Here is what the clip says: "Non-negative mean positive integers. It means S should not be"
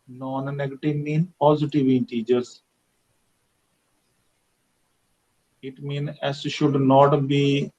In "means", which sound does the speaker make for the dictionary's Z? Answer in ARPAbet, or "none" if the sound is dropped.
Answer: none